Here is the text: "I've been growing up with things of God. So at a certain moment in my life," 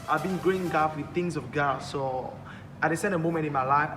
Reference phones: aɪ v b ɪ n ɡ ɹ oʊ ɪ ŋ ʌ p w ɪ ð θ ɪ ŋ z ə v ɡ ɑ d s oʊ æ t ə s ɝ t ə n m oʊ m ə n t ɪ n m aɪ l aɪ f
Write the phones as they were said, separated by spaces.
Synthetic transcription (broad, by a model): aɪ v b ɪ n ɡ ɹ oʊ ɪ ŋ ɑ f w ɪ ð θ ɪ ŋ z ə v ɡ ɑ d s oʊ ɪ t ə s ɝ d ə m oʊ m ə n t ɪ n m aɪ l aɪ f